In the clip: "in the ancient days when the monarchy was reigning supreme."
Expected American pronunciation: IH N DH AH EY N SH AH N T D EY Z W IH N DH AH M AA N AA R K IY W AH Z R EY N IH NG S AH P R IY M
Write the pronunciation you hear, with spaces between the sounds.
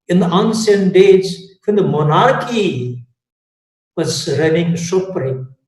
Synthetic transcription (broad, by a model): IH N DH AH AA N S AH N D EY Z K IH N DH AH M AA N AA R K IY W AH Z R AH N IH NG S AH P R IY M